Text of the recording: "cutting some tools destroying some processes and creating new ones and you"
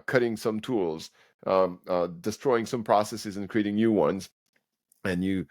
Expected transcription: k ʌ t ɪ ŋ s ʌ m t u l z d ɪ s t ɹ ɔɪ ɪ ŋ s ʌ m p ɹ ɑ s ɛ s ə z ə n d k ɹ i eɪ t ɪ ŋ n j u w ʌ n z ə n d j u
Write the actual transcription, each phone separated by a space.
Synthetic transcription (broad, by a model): k ʌ t ɪ ŋ s ʌ m t u l z d ɪ s t ɹ ɔɪ ɪ ŋ s ʌ m p ɹ ɑ s ɛ s ə z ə n k ɹ i eɪ t ɪ ŋ n j u w ʌ n z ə n j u